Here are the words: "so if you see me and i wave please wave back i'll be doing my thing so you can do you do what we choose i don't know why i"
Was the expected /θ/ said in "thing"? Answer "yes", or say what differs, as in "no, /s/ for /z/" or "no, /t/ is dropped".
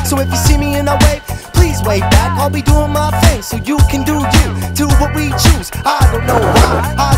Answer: no, /f/ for /θ/